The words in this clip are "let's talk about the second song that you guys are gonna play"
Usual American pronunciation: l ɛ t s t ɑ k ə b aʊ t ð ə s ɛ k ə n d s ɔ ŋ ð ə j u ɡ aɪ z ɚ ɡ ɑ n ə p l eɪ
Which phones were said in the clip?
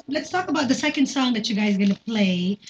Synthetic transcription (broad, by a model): l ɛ t s t ɑ k ə b aʊ t ð ə s ɛ k ə n d s ɔ ŋ ð ə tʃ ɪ ɡ aɪ z ɡ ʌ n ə p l eɪ